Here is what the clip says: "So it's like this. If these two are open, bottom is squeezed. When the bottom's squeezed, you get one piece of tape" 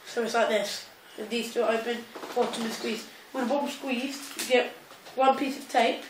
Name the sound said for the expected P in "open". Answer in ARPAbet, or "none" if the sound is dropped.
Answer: B